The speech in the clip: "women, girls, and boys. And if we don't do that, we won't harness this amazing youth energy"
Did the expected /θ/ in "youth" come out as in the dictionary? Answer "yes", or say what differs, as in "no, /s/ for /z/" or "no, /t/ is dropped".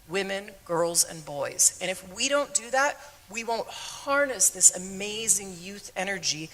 yes